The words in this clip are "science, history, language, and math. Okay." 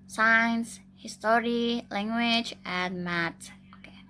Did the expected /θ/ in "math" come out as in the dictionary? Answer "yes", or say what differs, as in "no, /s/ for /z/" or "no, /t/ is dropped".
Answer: no, /t/ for /θ/